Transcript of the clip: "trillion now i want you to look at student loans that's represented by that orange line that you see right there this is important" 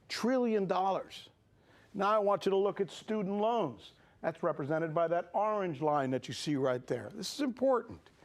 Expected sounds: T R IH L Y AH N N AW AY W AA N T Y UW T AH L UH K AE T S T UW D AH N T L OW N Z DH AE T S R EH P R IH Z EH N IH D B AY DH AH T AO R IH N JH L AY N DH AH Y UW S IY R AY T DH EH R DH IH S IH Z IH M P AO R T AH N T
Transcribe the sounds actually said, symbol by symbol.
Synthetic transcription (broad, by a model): T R IH L Y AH N N AW AY W AA N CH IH T AH L UH K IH T S T UW D N T L OW N Z DH AE T S R EH P R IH Z EH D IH D B AY DH AH T AO R IH N JH L AY N DH AH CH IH S IY R AY T DH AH R DH IH S IH Z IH M P AO R T N T